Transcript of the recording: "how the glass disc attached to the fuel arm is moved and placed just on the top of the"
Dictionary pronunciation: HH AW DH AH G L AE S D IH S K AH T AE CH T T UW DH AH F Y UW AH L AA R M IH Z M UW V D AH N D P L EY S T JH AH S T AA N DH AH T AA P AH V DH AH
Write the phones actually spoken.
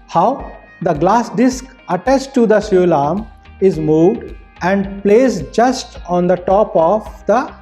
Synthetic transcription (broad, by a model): HH AW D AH G L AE S D IH S K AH T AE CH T T UW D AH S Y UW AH L AA R M IH Z M UW V D AH N D P L EY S JH AH S T AA N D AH T AA P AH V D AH